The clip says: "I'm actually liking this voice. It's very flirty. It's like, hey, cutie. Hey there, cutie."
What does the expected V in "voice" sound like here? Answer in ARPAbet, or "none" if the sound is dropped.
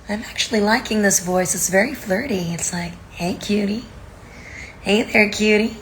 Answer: V